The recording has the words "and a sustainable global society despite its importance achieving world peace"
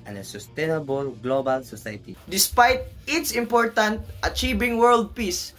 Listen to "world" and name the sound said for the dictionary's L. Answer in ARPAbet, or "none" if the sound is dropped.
L